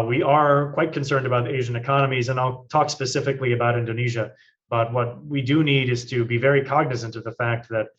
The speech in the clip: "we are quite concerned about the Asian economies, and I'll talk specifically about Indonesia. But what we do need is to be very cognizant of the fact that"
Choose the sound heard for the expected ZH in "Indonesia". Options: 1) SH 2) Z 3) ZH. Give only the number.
3